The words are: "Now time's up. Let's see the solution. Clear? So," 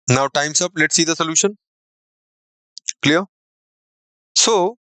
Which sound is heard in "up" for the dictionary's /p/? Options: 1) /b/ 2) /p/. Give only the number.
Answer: 2